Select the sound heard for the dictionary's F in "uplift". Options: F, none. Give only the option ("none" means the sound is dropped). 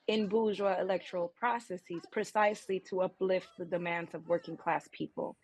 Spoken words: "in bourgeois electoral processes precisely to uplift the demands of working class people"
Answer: F